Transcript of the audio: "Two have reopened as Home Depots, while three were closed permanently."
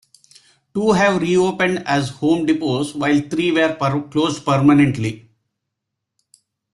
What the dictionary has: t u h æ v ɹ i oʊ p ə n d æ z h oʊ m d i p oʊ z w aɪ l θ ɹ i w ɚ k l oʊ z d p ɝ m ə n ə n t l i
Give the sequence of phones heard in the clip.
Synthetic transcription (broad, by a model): t u h æ v ɹ i oʊ p ə n d æ z h oʊ m d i p oʊ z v aɪ l t ɹ i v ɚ k l oʊ z d p ɝ m ə n ə n t l i